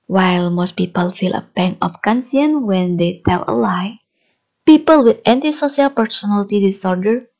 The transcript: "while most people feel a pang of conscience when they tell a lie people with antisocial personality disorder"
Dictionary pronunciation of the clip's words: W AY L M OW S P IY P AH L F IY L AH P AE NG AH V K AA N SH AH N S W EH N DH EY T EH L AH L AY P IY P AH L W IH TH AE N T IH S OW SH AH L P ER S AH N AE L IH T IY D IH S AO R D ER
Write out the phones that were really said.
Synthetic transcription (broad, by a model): W AY L M OW S P IY P AH L F IY L AH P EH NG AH F K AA N S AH N W EH N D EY T EH L AH L AY P IY P AH L W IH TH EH N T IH S OW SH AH L P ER S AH N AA L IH T IY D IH S AO R D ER